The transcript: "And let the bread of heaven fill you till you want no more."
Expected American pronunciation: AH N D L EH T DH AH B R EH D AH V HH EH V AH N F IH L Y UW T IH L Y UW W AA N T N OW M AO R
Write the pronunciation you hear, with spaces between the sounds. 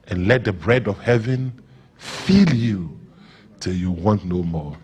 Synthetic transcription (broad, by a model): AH N L EH T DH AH B R EH D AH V HH EH V AH N F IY L Y UW T IH L Y UW W AA N T N OW M AO